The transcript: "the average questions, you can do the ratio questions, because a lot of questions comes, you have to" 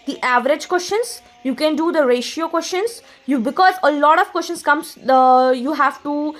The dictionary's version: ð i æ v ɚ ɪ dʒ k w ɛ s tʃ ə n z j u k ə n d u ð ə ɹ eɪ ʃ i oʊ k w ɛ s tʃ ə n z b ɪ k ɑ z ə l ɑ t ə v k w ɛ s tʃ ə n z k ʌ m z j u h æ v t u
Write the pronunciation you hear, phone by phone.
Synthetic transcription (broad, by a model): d i æ v ɚ ɪ dʒ k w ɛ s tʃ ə n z j u k ə n d u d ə ɹ eɪ ʃ i oʊ k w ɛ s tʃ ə n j b ɪ k ɑ z ə l ɑ t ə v k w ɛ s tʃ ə n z k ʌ m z j u h æ v t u